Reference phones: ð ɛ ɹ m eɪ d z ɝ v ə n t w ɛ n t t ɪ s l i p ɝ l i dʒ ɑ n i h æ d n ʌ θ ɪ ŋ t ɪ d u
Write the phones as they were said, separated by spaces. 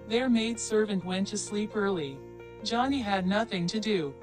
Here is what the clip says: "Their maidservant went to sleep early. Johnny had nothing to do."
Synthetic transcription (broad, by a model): ð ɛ ɹ m eɪ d s ɝ v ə n t w ɛ n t t ɪ s l i p ɝ l i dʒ ɑ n i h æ d n ʌ θ ɪ ŋ t ɪ d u